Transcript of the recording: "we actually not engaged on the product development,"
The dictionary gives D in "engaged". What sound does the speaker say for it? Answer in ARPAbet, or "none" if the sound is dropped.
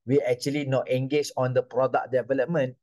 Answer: none